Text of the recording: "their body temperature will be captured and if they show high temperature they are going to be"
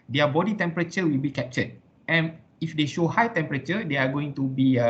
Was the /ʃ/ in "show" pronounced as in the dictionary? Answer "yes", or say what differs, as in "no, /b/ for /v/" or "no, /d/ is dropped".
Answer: yes